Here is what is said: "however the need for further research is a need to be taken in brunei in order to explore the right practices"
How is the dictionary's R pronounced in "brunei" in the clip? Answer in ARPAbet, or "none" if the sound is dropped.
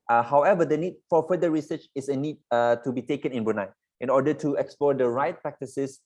none